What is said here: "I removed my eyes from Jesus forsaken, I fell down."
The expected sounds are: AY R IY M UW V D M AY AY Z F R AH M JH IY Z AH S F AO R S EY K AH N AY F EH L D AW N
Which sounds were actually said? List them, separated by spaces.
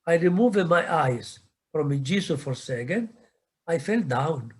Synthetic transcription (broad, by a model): AY R IY M UW V D M AY AY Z F R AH M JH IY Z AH F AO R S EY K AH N AY F EH L D AW N